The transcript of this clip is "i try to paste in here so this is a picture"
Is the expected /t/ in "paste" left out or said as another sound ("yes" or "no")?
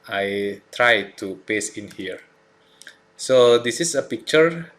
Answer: yes